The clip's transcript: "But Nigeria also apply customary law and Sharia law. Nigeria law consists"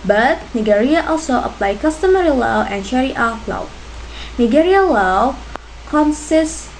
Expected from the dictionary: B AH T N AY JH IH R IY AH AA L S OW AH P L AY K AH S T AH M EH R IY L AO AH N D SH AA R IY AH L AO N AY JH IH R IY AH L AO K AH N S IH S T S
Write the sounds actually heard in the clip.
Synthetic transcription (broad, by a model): B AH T N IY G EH R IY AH AA L S OW AH P L AY K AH S T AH M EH R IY L AO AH N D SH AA R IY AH L AO N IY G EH R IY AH L AO K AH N S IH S S